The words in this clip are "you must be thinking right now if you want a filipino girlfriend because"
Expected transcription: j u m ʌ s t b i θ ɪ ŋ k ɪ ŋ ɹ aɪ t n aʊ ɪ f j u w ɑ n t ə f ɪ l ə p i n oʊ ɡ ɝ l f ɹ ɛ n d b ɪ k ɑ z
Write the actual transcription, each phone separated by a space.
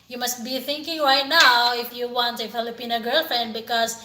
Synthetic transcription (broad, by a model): j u m ʌ s t b i θ ɪ ŋ k ɪ ŋ ɹ aɪ t n aʊ ɪ f j u w ɑ n t ə f ɪ l ə p i n oʊ ɡ ɝ l f ɹ ɛ n d b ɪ k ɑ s